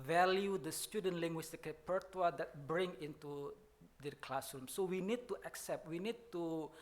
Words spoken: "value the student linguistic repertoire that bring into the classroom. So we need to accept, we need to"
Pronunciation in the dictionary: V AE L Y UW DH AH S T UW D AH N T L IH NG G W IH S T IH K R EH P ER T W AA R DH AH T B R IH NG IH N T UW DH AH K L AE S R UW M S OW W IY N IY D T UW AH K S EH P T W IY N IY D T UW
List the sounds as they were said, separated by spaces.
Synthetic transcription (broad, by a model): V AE L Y UW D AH S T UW D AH N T L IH NG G W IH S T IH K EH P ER T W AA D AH T B R IH NG IH N T UW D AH K L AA S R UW M S OW W IY N IY D T UW AH K S EH P T W IY N IY D T UW